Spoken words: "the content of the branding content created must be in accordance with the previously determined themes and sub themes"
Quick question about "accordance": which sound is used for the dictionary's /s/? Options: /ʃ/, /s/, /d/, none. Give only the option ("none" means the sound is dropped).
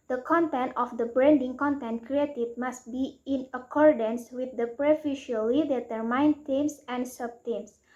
/s/